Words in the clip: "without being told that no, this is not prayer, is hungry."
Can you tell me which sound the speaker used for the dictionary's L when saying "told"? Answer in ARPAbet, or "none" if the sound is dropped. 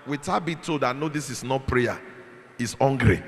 none